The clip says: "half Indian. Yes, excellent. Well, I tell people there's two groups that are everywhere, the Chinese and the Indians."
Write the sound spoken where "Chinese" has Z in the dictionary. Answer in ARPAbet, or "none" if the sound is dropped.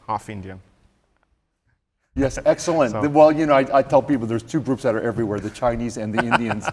Z